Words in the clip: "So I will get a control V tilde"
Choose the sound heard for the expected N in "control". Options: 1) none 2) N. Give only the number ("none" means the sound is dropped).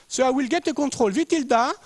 1